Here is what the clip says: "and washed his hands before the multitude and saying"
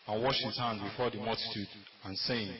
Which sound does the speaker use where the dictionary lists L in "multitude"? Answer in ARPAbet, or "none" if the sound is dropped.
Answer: L